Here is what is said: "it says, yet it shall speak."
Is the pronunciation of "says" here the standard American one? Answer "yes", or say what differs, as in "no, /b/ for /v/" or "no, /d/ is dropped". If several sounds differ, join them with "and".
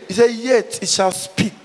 no, /z/ is dropped